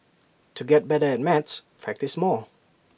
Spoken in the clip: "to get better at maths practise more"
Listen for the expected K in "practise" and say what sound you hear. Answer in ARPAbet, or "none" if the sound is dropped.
K